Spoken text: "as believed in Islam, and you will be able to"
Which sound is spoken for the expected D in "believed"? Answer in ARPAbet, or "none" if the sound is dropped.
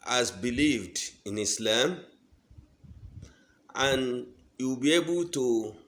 D